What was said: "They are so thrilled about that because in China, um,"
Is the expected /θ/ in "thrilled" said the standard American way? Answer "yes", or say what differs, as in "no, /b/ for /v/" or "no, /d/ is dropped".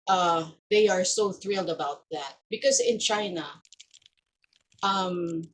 yes